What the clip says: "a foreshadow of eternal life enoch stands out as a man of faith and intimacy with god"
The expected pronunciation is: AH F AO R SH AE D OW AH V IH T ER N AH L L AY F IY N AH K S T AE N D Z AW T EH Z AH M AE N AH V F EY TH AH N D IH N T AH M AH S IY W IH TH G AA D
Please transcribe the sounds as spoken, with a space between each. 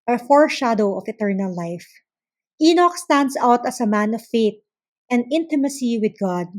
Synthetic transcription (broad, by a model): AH F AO R SH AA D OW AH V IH T ER N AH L L AY F IY N AH K S T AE N D S AW T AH S AH M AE N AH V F EY T AH N D IH N T AH M AH S IY W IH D G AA D